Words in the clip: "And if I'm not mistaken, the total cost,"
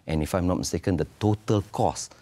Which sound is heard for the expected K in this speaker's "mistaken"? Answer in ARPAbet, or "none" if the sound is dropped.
K